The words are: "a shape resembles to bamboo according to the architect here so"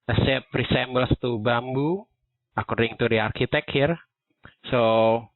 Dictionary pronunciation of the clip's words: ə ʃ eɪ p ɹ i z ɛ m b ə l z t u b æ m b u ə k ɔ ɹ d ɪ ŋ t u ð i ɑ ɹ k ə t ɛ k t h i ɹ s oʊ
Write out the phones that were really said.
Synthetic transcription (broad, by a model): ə s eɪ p ɹ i s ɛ m b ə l s t u b æ m b u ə k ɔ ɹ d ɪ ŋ t u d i ɑ ɹ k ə t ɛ k h i ɹ s oʊ